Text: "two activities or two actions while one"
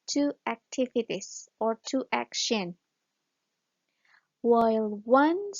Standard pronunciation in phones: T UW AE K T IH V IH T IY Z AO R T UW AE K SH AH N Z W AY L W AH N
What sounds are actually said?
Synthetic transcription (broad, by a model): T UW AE K T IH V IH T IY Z AO R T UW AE K SH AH N W AY L W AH N